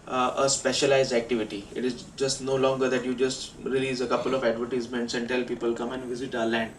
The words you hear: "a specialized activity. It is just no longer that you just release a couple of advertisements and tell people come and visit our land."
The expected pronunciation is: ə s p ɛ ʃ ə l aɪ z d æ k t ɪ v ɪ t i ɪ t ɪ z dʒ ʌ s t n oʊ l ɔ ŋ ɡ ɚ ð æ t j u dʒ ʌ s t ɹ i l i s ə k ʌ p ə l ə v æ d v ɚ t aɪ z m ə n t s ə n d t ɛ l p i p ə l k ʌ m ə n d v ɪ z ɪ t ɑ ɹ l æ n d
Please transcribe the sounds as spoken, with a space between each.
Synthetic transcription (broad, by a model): ə s p ɛ ʃ ə l aɪ z d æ k t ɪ v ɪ t i ɪ t ɪ z dʒ ʌ s t n oʊ l ɔ ŋ ɡ ɚ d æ t j u dʒ ʌ s t ɹ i l i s ə k ʌ p ə l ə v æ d v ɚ t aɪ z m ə n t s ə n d t ɛ l p i p ə l k ʌ m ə n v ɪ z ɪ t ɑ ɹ l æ n d